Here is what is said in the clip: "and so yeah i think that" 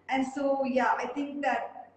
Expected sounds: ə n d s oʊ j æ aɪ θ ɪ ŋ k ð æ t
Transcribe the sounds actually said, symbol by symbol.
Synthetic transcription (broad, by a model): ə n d s oʊ j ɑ aɪ t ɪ ŋ k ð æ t